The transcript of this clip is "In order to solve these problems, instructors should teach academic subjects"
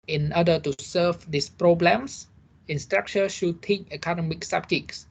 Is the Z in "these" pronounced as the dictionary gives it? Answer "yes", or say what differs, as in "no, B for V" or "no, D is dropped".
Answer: no, S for Z